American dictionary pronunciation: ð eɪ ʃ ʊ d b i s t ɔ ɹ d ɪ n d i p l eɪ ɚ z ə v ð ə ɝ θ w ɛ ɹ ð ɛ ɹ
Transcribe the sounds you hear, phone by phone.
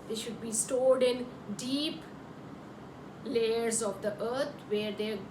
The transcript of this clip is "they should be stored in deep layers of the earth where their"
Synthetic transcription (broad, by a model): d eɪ ʃ ʊ d b i s t ɔ l d ɪ n d i p l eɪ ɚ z ə v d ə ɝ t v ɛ ɹ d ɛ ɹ